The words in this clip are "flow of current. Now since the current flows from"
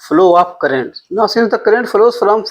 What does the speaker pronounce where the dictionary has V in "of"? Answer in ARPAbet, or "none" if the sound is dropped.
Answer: P